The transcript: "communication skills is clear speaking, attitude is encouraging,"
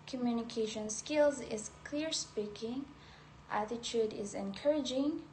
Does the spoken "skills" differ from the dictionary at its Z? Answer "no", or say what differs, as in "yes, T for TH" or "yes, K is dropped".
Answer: no